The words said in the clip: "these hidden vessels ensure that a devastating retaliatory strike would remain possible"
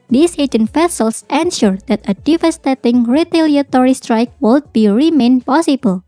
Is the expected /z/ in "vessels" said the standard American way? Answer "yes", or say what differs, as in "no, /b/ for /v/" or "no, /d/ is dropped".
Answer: no, /s/ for /z/